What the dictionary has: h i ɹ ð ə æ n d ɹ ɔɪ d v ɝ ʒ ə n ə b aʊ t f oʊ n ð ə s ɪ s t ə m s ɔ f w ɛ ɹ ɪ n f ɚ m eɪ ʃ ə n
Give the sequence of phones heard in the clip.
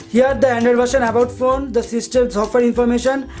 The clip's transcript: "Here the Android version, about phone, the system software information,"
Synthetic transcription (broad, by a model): h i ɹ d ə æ n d ʌ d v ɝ ʃ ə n ə b aʊ t f oʊ n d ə s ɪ s t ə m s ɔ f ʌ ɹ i n f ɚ m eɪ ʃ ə n